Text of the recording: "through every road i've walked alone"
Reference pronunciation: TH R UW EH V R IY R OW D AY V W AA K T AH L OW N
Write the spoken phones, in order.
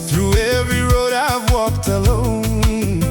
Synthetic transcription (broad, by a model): TH R UW EH V R IY R OW D AY V W AA K T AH L OW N